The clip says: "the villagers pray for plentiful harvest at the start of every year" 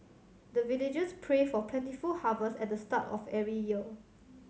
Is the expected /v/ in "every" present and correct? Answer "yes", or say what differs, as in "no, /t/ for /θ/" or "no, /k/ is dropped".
no, /v/ is dropped